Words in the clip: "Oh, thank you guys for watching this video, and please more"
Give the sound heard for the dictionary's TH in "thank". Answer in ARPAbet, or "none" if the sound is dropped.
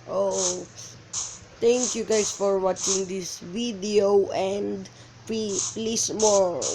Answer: T